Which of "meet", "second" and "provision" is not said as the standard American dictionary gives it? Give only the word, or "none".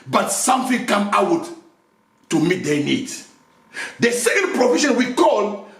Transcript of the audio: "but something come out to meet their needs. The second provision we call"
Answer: provision